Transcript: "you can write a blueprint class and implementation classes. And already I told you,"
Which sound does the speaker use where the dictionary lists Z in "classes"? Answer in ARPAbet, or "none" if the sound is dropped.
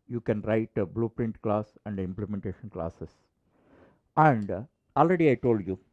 S